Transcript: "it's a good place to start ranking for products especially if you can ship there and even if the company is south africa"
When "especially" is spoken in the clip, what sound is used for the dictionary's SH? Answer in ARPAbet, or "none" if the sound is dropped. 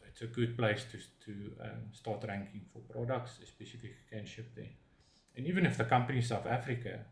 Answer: S